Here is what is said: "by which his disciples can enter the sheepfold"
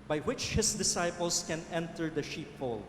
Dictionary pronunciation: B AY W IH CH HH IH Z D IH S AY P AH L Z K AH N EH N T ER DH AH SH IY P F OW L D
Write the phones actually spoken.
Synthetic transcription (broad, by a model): B AY W IH CH HH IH S D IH S AY P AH L S K AH N EH N T ER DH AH SH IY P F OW L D